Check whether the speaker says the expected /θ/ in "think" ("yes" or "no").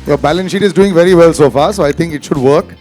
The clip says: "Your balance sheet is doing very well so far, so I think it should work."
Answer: no